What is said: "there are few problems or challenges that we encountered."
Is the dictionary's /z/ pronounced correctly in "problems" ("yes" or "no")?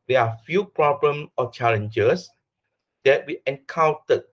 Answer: no